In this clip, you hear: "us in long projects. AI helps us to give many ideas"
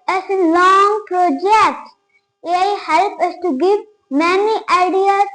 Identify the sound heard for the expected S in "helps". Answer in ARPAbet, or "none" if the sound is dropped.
none